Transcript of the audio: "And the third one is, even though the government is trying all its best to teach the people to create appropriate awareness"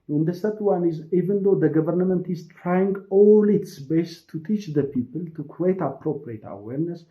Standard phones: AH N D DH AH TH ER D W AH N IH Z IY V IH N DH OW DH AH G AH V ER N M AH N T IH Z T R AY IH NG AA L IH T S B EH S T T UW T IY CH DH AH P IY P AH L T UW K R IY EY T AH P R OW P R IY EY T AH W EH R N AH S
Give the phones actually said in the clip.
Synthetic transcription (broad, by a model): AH N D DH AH S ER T W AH N IH Z IY V IH N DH OW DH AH G AH V ER N M AH N T IH Z T R AY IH NG AA L IH T S B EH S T T UW T IY CH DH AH P IY P AH L T UW K R IY EY T AH P R OW P R IY EY T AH W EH R N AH S